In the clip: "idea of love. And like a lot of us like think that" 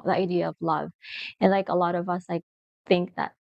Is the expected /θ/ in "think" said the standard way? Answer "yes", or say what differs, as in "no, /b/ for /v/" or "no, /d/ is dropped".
yes